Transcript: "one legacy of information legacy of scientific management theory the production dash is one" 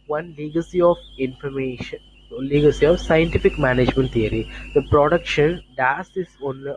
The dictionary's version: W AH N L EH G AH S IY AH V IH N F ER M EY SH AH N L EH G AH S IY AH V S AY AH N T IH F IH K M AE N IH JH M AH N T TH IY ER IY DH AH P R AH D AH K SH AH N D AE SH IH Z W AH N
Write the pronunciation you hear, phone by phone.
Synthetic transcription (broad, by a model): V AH N L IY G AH S IY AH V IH N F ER M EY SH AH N L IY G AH S IY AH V S AY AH N T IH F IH K M AE N IH JH M AH N T T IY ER IY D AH P R AH D AH K SH AH N D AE S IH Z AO N